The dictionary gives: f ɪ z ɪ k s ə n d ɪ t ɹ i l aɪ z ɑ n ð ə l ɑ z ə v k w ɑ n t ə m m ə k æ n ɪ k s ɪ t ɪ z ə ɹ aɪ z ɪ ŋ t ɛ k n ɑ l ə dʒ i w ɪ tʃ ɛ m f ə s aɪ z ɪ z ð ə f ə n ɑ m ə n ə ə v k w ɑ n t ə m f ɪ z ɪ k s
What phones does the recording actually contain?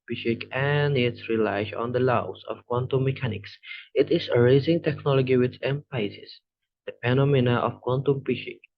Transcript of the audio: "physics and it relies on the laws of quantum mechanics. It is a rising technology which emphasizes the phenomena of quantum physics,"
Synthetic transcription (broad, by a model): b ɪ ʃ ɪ k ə n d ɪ t ɹ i l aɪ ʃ ɑ n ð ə l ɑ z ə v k w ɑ n t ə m m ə k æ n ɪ k s ɪ t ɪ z ə ɹ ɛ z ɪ ŋ t ɛ k n ɑ l ə dʒ i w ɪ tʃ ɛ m p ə ɪ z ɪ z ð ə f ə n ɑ m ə n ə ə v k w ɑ n t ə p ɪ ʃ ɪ k